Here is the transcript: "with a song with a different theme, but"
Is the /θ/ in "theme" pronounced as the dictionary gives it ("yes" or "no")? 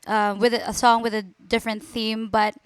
yes